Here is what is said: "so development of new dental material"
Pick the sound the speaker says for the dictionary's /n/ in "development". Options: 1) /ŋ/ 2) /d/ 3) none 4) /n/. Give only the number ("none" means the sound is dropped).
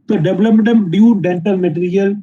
3